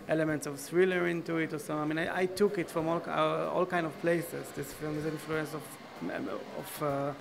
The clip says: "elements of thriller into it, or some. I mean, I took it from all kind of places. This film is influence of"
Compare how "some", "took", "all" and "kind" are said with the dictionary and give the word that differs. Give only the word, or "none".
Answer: some